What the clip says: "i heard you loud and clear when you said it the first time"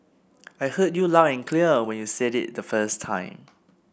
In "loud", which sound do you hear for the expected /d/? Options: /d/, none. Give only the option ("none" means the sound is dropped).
none